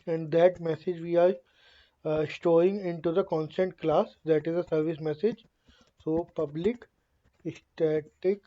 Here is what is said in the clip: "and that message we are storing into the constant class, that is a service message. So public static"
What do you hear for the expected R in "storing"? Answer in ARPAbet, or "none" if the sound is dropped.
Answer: none